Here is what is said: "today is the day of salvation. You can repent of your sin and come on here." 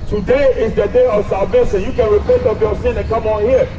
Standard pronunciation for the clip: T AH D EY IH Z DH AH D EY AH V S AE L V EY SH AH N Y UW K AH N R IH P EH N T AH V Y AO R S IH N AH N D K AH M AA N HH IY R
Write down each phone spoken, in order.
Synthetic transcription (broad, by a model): T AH D EY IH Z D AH D EY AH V S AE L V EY S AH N Y UW K AH N R IH P EH N T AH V Y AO S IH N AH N K AH M AA N HH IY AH